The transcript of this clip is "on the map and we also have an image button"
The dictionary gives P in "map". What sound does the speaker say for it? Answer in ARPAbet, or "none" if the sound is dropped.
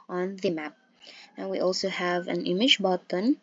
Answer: P